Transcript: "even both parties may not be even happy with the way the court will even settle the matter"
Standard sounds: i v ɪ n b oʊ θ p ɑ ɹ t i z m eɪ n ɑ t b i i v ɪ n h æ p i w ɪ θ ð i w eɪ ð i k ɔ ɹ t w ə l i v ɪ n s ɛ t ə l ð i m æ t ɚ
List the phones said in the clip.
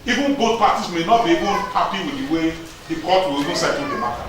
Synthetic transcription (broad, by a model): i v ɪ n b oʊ t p ɑ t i s m eɪ n ɑ t b i i v ɪ n h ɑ p i w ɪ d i w eɪ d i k ɔ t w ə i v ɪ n s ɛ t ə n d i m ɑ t